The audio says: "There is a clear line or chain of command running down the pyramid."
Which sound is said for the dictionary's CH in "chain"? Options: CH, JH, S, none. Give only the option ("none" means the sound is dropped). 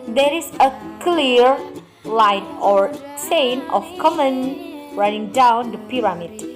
S